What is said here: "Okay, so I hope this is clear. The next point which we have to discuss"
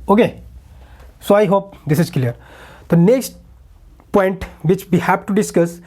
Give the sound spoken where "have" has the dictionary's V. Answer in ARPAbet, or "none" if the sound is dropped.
P